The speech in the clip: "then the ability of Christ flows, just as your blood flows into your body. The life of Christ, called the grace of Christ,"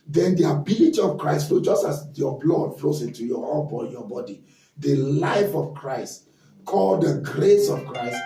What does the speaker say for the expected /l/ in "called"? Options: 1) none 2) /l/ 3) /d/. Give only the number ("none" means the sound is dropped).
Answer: 2